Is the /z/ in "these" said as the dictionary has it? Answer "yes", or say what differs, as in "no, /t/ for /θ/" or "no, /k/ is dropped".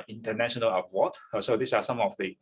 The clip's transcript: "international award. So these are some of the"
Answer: no, /s/ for /z/